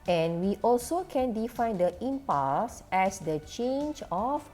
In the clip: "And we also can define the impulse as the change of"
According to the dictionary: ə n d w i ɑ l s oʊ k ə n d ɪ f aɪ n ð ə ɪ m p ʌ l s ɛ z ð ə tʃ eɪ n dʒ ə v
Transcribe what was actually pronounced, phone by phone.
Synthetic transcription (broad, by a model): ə n w i ɑ l s oʊ k ə n d ɪ f aɪ n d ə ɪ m p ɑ s ɛ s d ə tʃ eɪ n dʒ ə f